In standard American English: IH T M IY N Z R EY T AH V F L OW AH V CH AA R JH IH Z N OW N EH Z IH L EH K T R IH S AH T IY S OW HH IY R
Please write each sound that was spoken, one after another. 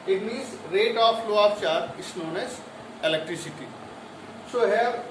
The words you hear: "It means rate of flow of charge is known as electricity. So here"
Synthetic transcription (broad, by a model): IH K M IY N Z R EY T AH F L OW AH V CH AA R IH S N OW N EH S IH L EH K T R IH S AH T IY S OW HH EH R